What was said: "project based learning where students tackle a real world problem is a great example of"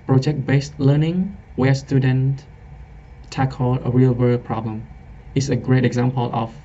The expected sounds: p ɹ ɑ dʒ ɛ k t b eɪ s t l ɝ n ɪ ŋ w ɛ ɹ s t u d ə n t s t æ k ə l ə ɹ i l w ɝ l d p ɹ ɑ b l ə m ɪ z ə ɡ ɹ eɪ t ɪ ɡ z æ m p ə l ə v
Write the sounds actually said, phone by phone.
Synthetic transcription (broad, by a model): p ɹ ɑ dʒ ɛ k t b eɪ s t l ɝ n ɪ ŋ w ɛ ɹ s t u d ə n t t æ k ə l ə ɹ i l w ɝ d p ɹ ɑ b l ə m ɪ s ə ɡ ɹ eɪ t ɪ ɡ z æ m p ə l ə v